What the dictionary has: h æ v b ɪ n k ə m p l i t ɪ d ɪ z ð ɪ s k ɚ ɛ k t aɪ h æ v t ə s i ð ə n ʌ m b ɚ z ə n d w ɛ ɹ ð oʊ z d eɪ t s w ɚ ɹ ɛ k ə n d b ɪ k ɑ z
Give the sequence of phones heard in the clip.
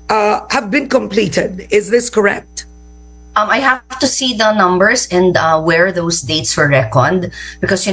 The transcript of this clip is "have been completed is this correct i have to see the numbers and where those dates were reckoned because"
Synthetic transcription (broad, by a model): h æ v b ɪ n k ə m p l i t ɪ d ɪ z ð ɪ s k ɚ ɛ k t aɪ h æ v t ə s i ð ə n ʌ m b ɚ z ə n d w ɛ ɹ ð oʊ s d eɪ t s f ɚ ɹ ɛ k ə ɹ d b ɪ k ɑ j